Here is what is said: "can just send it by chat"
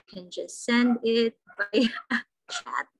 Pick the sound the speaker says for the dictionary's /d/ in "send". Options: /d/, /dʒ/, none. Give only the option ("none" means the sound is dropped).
/d/